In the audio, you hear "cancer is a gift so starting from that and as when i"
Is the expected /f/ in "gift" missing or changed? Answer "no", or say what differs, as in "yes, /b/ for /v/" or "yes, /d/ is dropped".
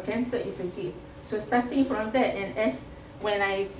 yes, /f/ is dropped